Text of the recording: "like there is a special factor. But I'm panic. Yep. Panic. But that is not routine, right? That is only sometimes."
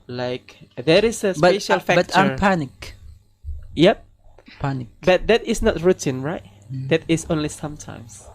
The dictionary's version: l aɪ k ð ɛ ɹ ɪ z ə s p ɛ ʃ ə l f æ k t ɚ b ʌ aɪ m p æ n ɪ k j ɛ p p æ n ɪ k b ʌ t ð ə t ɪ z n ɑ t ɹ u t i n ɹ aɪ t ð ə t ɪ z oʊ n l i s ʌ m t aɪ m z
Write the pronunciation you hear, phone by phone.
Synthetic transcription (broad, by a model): l aɪ k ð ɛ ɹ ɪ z ə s b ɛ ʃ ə l f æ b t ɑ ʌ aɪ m p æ n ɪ k j ɛ p p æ n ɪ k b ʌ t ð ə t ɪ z n ɑ t ɹ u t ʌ n ɹ aɪ t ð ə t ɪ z oʊ n l i s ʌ m t aɪ m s